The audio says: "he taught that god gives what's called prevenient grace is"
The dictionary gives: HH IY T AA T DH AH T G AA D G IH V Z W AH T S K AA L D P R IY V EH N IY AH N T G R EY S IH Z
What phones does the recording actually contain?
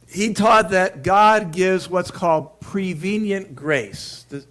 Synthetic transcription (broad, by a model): HH IY T AA T DH AH T G AA D G IH V Z W AH T S K AA L D P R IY V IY N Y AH N G R EY S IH